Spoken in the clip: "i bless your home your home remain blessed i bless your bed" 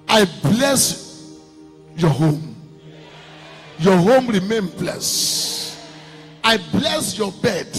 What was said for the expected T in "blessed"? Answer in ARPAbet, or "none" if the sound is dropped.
none